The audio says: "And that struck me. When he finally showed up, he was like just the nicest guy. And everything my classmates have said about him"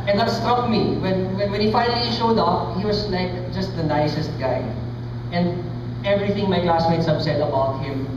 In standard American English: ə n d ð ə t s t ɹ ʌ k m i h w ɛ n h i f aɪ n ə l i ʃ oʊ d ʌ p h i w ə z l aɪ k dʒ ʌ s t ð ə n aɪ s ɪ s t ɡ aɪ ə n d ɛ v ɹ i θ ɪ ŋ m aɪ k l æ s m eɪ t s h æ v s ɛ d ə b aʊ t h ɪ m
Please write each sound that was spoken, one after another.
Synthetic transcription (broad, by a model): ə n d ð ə t s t ɹ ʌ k m i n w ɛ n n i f aɪ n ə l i ʃ oʊ d ʌ p h i w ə s l aɪ k dʒ ʌ s t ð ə n aɪ s ɪ s t ɡ aɪ ə n d ɛ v ɹ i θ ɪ ŋ m aɪ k l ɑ s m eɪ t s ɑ b s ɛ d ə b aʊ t h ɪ m